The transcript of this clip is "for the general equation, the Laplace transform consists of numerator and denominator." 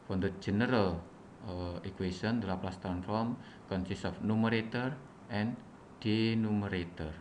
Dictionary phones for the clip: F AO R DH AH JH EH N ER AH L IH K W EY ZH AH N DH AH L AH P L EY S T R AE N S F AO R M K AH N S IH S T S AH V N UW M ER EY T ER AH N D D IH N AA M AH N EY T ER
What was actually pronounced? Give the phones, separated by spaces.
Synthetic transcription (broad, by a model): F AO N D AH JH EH N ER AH L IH K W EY S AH N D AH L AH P L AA S T AE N F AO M K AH N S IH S S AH F N UW M ER EY T ER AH N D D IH N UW M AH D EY T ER